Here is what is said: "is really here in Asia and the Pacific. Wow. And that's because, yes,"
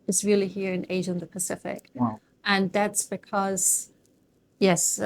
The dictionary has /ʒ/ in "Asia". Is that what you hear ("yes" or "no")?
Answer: yes